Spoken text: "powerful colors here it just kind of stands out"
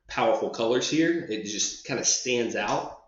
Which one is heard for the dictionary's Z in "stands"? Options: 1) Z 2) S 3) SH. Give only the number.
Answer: 1